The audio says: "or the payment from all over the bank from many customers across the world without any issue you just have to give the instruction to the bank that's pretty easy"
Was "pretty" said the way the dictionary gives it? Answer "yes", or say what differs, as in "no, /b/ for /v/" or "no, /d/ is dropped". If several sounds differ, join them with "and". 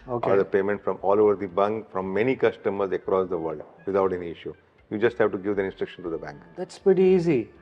yes